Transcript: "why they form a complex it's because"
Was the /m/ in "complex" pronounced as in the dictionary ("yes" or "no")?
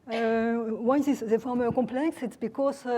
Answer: no